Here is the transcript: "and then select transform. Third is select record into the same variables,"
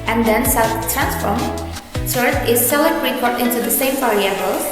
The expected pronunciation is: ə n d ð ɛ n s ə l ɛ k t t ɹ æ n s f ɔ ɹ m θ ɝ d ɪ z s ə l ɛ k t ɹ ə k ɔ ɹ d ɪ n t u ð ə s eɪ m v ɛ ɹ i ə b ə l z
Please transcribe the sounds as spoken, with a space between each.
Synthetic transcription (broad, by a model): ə n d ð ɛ n s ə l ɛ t t ɹ æ n s f ɔ ɹ m s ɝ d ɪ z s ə l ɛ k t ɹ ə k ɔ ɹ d ɪ n t u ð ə s eɪ m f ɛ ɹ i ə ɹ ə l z